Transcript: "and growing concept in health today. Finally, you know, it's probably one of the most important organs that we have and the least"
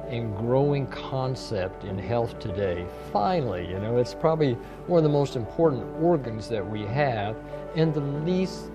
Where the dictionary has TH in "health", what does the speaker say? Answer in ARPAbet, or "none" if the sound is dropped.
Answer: TH